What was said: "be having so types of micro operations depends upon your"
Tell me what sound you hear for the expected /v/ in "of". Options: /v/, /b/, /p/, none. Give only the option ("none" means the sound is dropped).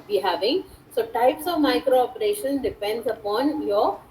/v/